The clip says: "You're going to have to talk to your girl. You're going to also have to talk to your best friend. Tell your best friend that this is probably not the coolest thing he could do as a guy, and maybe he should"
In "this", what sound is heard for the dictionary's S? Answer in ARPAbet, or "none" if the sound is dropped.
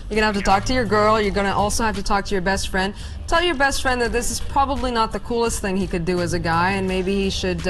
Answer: S